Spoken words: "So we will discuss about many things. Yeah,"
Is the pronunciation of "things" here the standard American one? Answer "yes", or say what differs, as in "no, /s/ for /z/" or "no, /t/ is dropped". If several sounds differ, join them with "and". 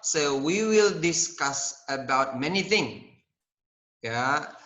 no, /z/ is dropped